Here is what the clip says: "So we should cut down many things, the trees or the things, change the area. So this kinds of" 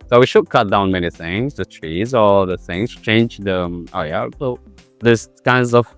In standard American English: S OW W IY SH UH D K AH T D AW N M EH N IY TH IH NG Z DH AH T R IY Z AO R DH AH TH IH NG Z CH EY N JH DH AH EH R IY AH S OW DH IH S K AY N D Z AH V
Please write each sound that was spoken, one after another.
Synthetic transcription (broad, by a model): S OW W IY SH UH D K AH T D AW N M EH N IY TH IH NG Z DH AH T R IY Z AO L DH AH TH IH NG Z CH EY N JH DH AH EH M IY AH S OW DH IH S K AY N D Z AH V